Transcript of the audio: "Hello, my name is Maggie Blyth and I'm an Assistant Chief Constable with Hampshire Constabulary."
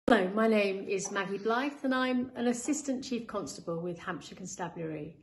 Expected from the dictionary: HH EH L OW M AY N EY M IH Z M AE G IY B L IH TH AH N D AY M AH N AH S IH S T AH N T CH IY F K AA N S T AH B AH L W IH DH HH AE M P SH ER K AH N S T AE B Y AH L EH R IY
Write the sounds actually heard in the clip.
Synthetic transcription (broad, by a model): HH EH L OW M AY N EY M IH Z M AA G IY B L IH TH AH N AY M AH N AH S IH S T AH N CH IY F K AA N S T AH B AH L W IH DH HH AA M P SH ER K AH N S T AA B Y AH R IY